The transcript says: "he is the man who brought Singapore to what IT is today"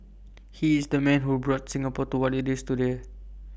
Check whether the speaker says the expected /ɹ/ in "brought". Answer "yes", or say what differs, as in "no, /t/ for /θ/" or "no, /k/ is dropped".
yes